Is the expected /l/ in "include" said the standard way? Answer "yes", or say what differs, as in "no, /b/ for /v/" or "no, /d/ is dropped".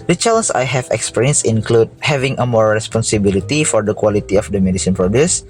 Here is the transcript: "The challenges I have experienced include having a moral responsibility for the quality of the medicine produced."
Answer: yes